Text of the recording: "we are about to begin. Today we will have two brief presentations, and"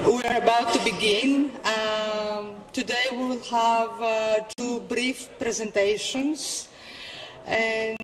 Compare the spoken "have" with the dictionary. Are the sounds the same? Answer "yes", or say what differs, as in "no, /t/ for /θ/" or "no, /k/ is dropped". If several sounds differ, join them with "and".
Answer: yes